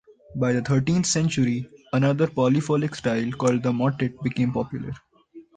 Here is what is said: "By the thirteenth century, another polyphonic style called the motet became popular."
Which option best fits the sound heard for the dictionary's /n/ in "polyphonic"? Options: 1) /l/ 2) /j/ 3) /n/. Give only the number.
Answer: 1